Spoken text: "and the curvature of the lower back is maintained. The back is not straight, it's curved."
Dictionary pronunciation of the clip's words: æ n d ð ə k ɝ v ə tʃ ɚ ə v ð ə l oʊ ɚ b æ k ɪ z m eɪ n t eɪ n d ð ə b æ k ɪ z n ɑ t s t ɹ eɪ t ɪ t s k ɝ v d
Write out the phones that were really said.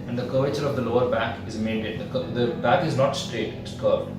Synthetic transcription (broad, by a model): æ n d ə k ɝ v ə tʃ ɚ ə v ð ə l oʊ ɚ b æ k ɪ z m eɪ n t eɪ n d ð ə b æ k ɪ z n ɑ t s t ɹ eɪ t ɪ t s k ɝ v